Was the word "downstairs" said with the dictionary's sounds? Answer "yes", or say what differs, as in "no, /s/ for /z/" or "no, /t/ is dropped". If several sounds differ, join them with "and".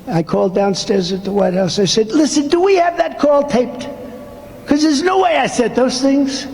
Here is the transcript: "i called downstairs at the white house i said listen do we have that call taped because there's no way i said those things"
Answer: yes